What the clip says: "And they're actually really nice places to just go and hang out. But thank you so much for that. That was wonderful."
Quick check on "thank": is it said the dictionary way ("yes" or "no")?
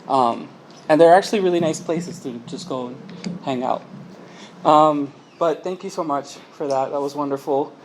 yes